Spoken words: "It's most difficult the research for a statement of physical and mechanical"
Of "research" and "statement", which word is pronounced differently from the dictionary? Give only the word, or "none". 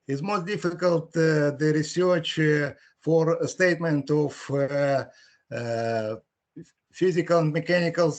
none